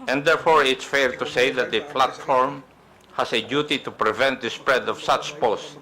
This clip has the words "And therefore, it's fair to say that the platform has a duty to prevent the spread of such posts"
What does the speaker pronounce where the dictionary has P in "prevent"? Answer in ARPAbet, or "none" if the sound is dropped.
P